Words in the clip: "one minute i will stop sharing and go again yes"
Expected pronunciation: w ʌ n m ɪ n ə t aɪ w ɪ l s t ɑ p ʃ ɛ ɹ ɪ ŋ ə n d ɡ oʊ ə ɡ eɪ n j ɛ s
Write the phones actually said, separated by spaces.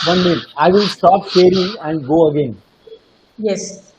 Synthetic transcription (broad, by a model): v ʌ n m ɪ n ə ɪ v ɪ l s t ɑ p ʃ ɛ ɹ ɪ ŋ ə n d ɡ oʊ ə ɡ eɪ n j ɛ s